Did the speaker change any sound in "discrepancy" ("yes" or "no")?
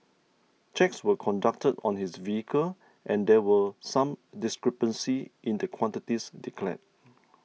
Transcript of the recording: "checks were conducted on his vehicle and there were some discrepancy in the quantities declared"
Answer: no